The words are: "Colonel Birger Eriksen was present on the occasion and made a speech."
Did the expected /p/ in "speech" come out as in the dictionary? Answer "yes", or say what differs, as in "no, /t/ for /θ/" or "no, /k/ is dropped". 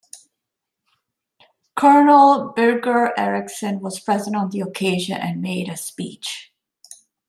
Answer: yes